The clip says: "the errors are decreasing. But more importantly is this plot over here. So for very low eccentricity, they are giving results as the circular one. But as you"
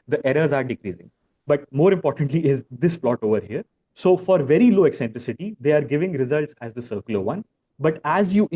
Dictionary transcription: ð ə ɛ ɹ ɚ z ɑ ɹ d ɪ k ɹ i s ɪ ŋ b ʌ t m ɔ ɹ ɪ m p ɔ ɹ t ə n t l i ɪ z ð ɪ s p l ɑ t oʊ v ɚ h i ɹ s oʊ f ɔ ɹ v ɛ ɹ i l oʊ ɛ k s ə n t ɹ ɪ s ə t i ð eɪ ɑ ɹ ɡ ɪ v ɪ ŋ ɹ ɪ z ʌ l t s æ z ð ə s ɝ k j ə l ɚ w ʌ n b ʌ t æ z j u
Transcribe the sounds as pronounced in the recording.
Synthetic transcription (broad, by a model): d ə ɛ ɹ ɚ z ɑ ɹ d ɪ k ɹ i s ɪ ŋ b ʌ t m ɔ ɹ ɪ m p ɔ ɹ t ə n t l i ɪ z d ɪ s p l ɑ t oʊ v ɚ h i ɹ s oʊ f ɔ ɹ v ɛ ɹ i l oʊ ɛ k s ə n t ɹ ɪ s ə t i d eɪ ɑ ɹ ɡ ɪ v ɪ ŋ ɹ ɪ z ʌ l t s æ z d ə s ɝ k j ə l ɚ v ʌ n b ʌ t æ z j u